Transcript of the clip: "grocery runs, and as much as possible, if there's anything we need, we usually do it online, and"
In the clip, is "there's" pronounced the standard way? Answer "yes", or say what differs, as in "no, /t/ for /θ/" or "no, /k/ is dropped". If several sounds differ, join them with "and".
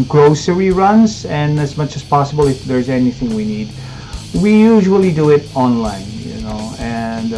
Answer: yes